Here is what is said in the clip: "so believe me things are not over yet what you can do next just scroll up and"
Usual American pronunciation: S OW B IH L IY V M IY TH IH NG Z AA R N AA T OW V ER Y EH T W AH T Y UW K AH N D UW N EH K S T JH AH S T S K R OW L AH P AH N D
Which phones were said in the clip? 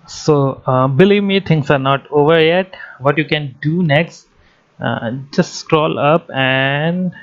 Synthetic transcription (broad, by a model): S OW B IH L IY V M IY T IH NG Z AA R N AA T OW V ER Y EH T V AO T Y UW K AH N D UW N EH K S T JH AH S T S K R OW L AH P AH N D